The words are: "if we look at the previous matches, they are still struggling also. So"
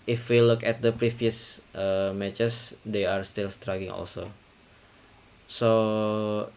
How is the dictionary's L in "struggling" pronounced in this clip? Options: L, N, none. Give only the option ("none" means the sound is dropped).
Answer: none